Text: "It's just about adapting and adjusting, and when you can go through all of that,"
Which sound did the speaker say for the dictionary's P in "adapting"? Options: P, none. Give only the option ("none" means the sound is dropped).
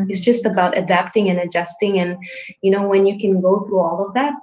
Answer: P